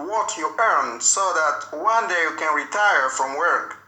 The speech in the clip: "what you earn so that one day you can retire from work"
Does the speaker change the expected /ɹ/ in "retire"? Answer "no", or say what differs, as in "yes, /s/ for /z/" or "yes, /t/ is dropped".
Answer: no